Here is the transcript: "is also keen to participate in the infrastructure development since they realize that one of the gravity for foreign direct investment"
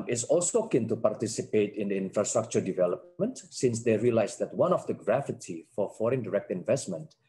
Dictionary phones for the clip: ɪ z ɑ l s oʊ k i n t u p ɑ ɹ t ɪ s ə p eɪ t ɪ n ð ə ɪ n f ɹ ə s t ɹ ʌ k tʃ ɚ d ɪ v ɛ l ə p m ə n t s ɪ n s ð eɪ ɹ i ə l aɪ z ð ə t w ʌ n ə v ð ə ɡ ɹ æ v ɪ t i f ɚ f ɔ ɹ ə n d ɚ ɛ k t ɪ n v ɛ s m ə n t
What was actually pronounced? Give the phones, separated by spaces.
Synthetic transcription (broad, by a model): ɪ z ɑ l s oʊ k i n t u p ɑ ɹ t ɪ s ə p eɪ t ɪ n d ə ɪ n f ɹ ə s t ɹ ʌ k tʃ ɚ d ɪ v ɛ l ə p m ə n t s ɪ n s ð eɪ ɹ i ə l aɪ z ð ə t w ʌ n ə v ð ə ɡ ɹ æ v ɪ t i f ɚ f ɔ ɹ ə n d ɚ ɛ k t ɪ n v ɛ s m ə n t